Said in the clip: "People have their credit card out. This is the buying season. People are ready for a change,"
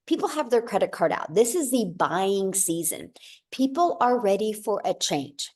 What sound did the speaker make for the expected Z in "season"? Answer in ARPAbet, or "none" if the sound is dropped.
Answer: Z